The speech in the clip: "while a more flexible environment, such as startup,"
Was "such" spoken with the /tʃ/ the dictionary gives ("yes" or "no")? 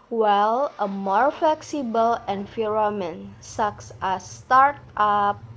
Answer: no